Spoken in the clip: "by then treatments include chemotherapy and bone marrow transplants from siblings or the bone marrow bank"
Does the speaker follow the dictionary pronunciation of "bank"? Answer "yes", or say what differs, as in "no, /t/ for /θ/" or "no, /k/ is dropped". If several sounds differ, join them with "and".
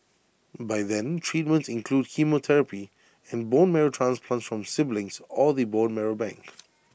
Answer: yes